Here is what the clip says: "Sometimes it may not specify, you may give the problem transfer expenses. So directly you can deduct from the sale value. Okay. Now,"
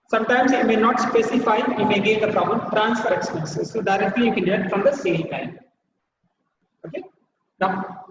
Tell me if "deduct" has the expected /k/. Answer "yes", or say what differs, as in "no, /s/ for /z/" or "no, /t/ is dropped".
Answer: no, /k/ is dropped